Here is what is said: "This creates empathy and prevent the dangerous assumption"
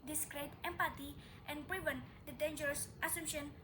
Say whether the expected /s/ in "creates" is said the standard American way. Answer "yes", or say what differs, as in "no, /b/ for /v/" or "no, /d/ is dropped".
no, /s/ is dropped